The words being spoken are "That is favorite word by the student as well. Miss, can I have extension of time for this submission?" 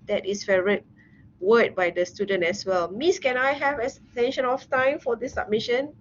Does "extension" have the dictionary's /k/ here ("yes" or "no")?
no